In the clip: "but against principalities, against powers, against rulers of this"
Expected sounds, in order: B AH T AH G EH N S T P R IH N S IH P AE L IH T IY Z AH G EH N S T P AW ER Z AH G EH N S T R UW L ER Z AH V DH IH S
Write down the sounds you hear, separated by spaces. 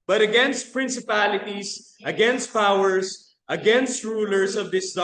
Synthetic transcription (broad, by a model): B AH T AH G EH N S T P R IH N S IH P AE L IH T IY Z AH G EH N S T P AW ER S AH G EH N S T R UW L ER S AH V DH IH S